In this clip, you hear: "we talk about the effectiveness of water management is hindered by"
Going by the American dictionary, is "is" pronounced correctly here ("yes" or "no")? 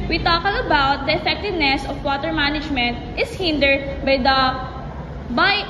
no